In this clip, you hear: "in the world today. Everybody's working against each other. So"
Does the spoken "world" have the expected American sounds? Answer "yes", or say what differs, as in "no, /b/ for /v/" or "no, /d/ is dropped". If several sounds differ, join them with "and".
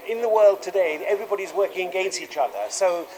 yes